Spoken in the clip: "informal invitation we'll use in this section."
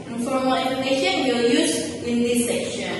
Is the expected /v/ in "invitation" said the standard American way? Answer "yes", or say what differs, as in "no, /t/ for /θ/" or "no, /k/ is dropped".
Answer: no, /v/ is dropped